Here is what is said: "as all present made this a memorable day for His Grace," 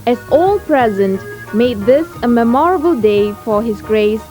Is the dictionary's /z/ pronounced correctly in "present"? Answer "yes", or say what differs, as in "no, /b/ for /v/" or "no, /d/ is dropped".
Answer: yes